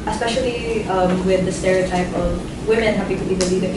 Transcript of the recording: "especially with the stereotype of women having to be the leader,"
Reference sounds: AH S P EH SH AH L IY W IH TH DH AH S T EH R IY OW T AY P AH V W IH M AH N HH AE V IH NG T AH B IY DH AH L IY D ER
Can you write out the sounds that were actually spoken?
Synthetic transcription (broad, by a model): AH S P EH SH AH L IY W IH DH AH S T EH R IY OW T AY P AH V W IH M AH N HH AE P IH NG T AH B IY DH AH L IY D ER